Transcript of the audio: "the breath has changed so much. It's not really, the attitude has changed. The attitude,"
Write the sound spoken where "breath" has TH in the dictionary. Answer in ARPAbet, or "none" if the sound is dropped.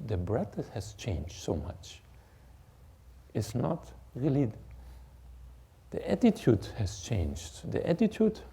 T